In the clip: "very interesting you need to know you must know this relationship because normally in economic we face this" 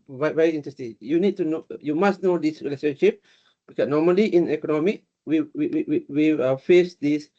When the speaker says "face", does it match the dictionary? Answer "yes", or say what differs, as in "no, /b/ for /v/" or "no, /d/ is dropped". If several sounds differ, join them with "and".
yes